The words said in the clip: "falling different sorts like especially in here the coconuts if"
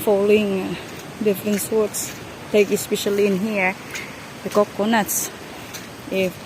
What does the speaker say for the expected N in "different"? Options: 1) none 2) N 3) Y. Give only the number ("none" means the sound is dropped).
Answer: 2